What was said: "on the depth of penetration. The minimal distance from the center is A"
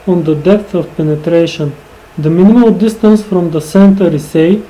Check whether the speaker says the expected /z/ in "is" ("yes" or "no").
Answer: no